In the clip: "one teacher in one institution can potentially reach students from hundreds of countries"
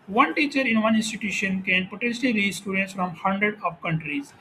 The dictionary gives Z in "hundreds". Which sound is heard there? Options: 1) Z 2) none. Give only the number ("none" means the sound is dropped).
2